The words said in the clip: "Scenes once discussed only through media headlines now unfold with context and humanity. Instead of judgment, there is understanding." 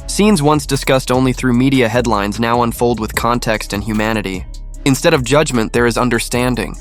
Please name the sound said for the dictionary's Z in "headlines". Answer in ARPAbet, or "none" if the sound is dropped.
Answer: Z